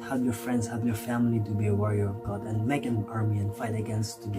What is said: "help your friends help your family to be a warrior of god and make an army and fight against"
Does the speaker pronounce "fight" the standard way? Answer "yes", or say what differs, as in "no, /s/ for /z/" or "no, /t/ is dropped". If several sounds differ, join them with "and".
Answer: yes